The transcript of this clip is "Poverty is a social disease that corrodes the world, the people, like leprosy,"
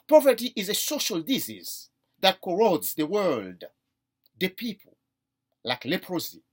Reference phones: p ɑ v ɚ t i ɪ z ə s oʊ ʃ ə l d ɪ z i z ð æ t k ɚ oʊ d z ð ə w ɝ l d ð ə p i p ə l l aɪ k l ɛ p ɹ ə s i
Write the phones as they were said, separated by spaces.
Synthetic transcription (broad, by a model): p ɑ v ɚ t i ɪ z ə s oʊ ʃ ə l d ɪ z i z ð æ t k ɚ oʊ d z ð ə w ɝ l d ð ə p i p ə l l aɪ k l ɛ p ɹ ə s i